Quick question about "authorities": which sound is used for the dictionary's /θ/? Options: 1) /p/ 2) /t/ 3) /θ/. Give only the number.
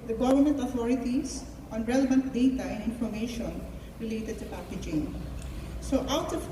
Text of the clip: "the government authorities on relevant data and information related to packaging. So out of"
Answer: 2